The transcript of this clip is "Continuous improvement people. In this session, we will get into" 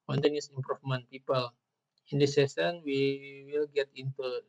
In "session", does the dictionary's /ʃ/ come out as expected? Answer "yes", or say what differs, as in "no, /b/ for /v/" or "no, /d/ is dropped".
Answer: no, /s/ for /ʃ/